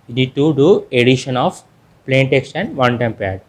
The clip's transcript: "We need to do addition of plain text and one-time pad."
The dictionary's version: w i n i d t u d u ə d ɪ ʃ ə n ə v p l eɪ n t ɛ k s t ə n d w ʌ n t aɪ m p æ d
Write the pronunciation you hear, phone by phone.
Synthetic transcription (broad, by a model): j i n i d t u d u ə d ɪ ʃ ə n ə f p l eɪ n t ɛ k s t ə n d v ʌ n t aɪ m p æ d